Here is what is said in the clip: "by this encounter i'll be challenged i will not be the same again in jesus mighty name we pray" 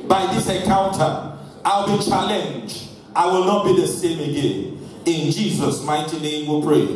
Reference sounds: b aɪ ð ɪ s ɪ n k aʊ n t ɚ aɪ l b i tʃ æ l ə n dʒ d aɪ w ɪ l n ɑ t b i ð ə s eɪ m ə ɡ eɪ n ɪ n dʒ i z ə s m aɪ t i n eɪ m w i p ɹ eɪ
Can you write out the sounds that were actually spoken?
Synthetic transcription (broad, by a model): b aɪ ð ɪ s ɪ k aʊ n t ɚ aɪ l b i tʃ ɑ l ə n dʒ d aɪ w ɪ l n ɑ t b i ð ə s eɪ m ə ɡ eɪ n ɪ n dʒ i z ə s m aɪ t i n eɪ m w i p ɹ eɪ